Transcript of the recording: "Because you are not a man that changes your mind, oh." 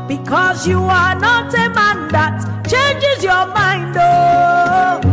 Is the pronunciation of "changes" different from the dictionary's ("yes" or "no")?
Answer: no